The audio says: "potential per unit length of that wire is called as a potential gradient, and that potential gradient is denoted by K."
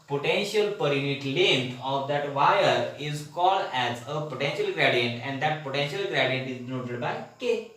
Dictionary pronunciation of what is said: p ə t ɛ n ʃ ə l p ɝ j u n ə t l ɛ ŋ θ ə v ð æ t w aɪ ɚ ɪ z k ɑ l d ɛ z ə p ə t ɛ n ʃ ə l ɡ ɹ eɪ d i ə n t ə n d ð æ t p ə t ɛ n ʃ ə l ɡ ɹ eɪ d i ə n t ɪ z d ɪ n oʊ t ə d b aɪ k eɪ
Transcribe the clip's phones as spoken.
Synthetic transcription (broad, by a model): p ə t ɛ n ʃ ə l p ɝ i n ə t l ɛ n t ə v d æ t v aɪ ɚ ɪ z k ɑ l d ɛ z ə p ə t ɛ n ʃ ə l ɡ ɹ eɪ d i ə n t ə n d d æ t p ə t ɛ n ʃ ə l ɡ ɹ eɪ d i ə n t ɪ z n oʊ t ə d b aɪ k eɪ